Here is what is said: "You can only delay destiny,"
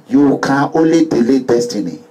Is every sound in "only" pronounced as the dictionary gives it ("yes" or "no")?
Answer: no